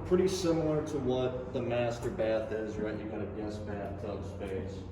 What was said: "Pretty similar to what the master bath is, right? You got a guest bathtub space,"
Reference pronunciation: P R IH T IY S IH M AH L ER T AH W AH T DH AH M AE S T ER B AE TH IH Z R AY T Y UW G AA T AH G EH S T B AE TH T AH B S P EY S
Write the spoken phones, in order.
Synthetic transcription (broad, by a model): P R IH T IY S IH M L ER T AH W AH T DH AH M AE S T ER B AE TH IH Z R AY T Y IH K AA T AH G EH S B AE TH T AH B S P EY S